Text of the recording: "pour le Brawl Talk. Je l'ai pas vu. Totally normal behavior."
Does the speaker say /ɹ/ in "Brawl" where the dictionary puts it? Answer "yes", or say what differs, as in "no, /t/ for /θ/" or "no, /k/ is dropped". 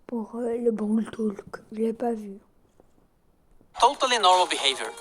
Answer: no, /ɹ/ is dropped